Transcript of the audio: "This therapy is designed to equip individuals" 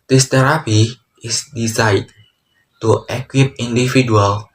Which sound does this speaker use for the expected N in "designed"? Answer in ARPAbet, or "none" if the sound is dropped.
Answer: none